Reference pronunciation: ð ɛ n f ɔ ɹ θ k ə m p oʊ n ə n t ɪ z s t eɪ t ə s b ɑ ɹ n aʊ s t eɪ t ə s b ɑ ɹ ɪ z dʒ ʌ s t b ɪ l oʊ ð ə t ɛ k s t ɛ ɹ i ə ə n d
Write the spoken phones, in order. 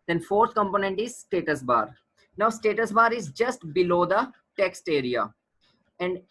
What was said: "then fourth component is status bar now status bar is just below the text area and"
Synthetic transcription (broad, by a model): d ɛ n f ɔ ɹ t k ə m p oʊ n ə n t ɪ z s t eɪ t ə s b ɑ ɹ n aʊ s t eɪ t ə s b ɑ ɹ ɪ z dʒ ʌ s t b ɪ l oʊ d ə t ɛ k s t ɛ ɹ i ə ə n d